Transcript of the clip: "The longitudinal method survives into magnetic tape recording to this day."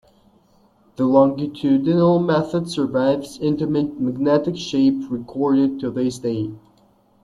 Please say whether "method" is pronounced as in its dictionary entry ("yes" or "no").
yes